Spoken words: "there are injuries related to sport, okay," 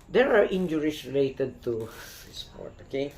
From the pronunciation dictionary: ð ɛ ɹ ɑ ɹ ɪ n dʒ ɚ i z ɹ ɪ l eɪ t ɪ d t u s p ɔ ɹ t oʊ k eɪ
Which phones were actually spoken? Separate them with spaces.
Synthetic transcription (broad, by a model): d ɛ ɹ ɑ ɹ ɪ n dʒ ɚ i s ɹ ɪ l eɪ t ɪ d t u s p ɔ ɹ t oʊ k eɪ